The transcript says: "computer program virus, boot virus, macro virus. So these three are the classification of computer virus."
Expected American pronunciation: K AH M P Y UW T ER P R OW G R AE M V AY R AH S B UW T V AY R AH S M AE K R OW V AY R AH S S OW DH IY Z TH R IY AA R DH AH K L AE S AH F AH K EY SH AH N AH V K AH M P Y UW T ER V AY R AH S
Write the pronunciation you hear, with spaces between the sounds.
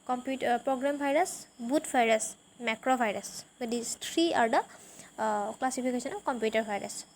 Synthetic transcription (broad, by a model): K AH M P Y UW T P R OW G R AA M B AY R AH S B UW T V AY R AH S M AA K R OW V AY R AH S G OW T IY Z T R IY AA R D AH K L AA S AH P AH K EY S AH N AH K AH M P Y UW T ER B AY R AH S